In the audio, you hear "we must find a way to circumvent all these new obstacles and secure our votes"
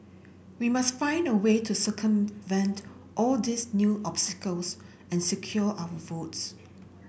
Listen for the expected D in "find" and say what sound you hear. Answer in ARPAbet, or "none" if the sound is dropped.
D